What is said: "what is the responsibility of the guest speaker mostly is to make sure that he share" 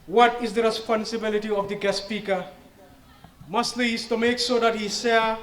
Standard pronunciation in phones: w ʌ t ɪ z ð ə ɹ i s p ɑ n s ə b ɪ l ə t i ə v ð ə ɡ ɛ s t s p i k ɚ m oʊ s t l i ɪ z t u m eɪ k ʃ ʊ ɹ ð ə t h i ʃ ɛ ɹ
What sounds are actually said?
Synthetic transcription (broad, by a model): w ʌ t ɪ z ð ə ɹ i s p ɑ n s ə b ɪ l ə t i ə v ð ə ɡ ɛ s s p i k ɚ m oʊ s t l i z t u m eɪ k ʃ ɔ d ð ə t h i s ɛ